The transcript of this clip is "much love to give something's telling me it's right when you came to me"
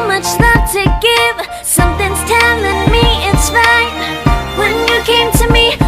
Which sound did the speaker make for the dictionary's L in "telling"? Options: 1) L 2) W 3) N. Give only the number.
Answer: 3